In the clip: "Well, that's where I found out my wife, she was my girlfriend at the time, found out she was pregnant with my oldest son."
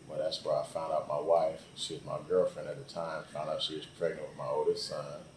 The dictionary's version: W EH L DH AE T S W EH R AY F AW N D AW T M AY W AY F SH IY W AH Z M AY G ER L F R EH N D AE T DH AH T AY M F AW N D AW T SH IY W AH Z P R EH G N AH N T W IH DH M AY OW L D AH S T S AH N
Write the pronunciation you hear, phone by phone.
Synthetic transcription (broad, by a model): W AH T DH AE T S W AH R AY F AW N D AW T M AY W AY F SH IY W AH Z M AY G ER L F R EH N D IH T DH AH T AY M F AW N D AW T SH IY W AH Z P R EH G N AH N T W IH DH M AY OW L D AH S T S AH N